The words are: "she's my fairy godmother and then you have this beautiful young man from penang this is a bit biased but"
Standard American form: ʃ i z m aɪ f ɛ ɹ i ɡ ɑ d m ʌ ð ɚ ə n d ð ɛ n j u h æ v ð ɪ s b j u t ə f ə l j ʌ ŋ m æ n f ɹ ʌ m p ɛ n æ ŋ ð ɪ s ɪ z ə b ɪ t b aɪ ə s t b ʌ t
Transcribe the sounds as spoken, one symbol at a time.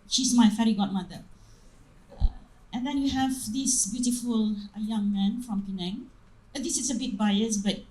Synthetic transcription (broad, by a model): ʃ i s m aɪ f ɛ ɹ i ɡ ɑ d m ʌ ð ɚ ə n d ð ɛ n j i h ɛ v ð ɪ s b j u t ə f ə l j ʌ ŋ m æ n f ɹ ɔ m p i n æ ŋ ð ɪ s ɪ s ə b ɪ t b aɪ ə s b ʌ t